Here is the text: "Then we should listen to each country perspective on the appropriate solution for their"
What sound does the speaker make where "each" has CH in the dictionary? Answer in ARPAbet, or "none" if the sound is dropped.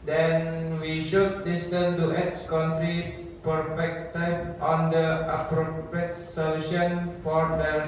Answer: S